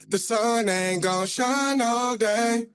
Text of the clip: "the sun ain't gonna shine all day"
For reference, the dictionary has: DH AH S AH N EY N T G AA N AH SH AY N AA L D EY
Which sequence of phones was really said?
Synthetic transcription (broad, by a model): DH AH S AH N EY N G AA AH SH AY N AA L D EY